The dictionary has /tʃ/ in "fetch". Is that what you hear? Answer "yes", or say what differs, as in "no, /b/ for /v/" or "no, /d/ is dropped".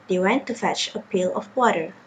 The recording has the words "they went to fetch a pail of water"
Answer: yes